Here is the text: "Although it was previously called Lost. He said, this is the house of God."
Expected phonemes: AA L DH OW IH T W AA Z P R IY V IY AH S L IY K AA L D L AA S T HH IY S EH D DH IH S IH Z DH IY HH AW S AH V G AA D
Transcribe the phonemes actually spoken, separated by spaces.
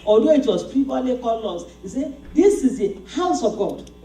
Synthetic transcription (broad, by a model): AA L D OW IH T W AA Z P R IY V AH L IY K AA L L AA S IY S EH D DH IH S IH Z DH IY HH AW S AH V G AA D